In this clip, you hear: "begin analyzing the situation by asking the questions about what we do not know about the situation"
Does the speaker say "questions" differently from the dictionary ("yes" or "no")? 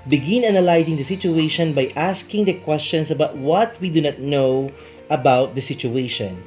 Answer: yes